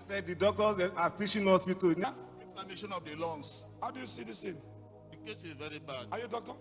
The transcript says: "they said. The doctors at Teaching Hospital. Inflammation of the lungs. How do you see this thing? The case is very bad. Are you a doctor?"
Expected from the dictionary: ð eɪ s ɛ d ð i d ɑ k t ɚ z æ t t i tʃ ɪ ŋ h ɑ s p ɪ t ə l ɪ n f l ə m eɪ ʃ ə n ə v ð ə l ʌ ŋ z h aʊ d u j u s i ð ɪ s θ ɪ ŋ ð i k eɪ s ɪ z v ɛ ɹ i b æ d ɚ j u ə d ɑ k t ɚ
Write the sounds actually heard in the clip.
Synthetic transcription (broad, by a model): s ɛ d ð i d ɑ k t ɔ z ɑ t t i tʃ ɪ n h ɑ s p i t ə n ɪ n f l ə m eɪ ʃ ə n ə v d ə l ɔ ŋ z h aʊ d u j u s i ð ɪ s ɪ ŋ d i k eɪ s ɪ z v ɛ ɹ i b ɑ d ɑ j u d ɑ k t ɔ